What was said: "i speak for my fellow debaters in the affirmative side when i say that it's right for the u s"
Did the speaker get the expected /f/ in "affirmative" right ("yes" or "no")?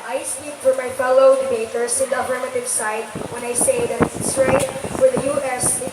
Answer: no